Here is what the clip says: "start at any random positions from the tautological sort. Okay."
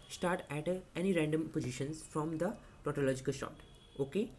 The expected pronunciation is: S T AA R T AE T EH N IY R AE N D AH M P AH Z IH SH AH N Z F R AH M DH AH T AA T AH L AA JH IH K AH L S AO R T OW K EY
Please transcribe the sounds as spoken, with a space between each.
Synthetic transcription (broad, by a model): S T AA R T AE T EH N IY R AE N D AH M P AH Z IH SH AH N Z F R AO M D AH T AA T AH L AA JH IH K AH L SH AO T OW K EY